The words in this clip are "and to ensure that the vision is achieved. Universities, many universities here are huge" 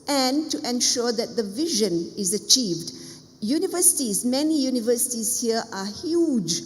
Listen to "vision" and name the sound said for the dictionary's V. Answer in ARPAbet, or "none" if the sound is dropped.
V